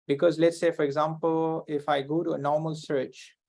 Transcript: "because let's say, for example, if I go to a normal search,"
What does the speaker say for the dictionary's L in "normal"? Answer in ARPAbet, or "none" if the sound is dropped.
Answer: L